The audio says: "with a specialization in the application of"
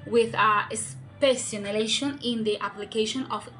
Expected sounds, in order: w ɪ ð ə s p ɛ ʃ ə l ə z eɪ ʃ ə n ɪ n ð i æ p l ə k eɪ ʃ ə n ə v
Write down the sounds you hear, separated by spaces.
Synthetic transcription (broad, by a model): w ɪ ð ə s p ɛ s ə n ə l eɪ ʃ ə n ɪ n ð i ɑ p l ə k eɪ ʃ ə n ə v